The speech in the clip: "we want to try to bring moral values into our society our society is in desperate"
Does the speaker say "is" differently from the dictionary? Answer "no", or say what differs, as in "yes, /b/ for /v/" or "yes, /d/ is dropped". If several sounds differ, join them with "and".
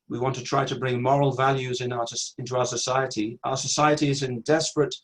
no